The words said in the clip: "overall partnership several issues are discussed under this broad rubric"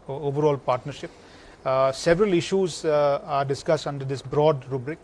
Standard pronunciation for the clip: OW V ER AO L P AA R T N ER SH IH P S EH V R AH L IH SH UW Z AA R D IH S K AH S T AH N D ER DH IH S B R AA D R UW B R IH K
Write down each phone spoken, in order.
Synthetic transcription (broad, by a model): OW V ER AO L P AA R T N ER SH IH P S EH V R AH L IH SH UW Z AA R D IH S K AH S T AH N D ER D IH S B R AA D R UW B R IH K